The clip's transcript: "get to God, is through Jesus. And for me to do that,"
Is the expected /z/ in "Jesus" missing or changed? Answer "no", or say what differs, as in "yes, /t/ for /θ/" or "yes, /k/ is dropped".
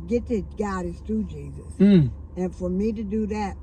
no